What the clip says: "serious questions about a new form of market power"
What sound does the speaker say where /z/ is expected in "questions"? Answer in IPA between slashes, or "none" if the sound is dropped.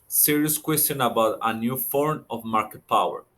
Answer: none